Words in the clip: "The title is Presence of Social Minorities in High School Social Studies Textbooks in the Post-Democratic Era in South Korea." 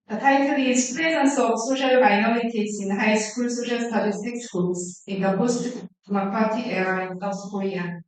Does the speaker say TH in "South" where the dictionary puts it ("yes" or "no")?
no